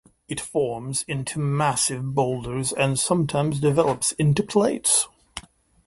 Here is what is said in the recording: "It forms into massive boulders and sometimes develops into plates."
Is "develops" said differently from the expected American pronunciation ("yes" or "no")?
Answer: no